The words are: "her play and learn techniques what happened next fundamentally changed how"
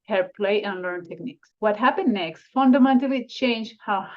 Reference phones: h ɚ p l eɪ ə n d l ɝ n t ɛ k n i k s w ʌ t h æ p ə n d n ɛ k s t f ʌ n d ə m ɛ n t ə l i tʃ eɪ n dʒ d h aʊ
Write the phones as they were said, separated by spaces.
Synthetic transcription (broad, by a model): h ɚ p l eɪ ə n l ɝ n t ɛ k n i k s w ʌ t h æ p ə n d n ɛ k s t f ʌ n d ə m ɛ n t ə l i tʃ eɪ n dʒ h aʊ